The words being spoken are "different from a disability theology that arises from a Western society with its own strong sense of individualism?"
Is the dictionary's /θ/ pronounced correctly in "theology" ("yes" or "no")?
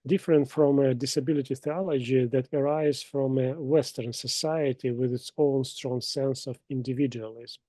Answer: yes